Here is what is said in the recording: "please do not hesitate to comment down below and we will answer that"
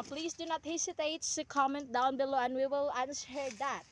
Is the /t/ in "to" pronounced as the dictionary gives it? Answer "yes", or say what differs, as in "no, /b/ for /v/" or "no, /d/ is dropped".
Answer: no, /s/ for /t/